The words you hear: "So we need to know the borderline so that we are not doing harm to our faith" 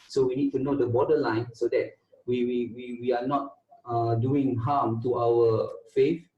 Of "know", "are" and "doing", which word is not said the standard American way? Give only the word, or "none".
are